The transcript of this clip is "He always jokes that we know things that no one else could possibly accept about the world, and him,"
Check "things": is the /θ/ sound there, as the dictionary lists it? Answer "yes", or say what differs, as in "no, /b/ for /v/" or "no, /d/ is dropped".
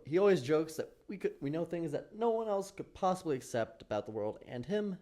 yes